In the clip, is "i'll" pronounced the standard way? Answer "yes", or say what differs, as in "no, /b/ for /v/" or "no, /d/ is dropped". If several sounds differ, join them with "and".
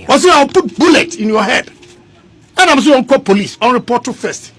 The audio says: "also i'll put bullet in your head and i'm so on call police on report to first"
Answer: no, /w/ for /l/